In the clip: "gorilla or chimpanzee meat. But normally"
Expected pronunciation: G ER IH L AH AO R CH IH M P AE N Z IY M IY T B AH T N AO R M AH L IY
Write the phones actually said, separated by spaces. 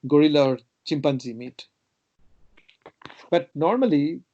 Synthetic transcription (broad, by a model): G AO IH L AO R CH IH M P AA N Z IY M IY T B AH T N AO R M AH L IY